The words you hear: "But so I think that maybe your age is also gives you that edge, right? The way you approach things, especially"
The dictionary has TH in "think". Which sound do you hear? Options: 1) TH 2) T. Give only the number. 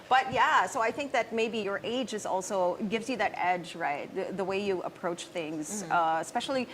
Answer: 1